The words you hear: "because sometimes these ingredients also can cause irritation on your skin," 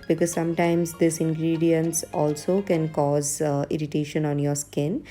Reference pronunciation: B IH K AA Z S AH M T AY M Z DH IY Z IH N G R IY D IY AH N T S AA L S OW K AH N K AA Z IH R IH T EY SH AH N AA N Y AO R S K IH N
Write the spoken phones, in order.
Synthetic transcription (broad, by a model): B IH K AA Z S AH M T AY M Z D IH S IH N G R IY D IY AH N T S AA L S OW K AH N K AA Z IH R IH T EY SH AH N AA N Y AO R S K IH N